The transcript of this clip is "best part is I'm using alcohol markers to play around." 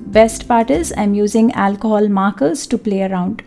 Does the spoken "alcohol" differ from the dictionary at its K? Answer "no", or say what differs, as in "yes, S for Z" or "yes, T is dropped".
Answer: no